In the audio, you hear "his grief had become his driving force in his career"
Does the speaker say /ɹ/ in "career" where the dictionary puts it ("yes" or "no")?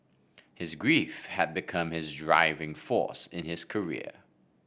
yes